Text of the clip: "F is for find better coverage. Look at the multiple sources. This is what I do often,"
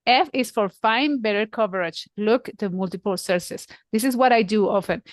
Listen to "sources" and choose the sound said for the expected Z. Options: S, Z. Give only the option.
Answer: S